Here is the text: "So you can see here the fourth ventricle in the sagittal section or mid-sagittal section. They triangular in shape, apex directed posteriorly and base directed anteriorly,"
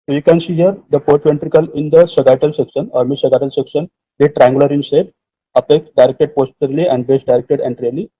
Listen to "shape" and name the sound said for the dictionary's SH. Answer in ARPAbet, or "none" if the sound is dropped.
S